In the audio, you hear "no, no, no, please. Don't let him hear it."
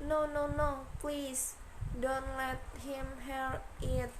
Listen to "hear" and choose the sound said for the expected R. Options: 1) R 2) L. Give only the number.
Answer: 2